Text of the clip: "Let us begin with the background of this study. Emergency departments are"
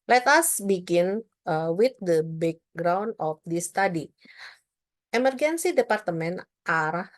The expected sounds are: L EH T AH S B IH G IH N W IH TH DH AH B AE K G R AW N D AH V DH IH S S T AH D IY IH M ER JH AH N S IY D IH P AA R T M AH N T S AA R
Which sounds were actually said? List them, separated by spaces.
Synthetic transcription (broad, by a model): L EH T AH S B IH G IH N W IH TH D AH B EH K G R AW N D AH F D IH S S T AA D IY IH M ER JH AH N S IY D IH P AA R T M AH N T AA R